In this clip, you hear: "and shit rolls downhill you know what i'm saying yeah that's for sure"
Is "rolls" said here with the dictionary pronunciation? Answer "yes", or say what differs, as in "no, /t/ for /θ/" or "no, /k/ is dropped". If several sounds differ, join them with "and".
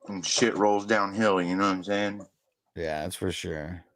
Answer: yes